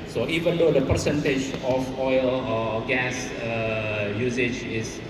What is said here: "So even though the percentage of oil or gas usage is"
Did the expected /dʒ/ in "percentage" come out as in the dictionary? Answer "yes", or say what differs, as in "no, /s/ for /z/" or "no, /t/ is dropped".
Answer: yes